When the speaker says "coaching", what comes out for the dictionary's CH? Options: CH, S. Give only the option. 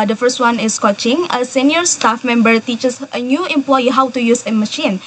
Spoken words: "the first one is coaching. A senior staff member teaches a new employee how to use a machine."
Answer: CH